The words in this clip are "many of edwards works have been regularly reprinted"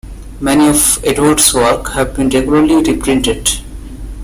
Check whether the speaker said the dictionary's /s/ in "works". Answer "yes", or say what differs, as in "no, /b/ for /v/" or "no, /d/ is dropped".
no, /s/ is dropped